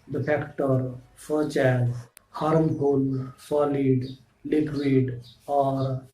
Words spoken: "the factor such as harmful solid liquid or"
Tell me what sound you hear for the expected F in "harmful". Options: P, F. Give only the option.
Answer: P